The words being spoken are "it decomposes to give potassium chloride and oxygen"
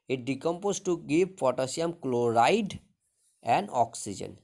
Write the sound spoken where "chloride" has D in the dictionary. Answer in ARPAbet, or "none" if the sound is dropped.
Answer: D